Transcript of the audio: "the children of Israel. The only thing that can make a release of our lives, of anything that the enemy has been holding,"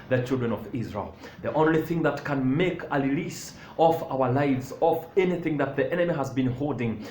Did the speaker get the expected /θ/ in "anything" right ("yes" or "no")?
yes